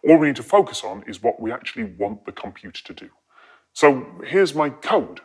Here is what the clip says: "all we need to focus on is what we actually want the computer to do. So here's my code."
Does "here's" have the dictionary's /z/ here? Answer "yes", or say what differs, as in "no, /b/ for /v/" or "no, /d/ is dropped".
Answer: yes